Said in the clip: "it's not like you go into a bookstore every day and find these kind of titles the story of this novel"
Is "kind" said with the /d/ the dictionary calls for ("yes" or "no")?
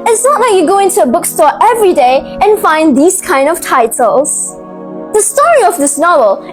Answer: yes